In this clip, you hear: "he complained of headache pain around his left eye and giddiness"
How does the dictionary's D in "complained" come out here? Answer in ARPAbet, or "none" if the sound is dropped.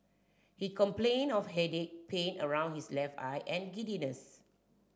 none